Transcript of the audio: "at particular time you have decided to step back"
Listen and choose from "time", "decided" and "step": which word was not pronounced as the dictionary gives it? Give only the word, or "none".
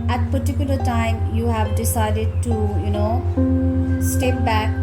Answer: none